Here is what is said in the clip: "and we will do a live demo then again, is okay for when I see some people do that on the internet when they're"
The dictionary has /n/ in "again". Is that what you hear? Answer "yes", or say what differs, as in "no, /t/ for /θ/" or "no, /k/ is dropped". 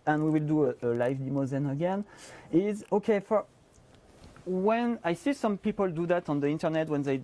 yes